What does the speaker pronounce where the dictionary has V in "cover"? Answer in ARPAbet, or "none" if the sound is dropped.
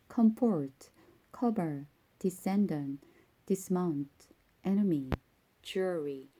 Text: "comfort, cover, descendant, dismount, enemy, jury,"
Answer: B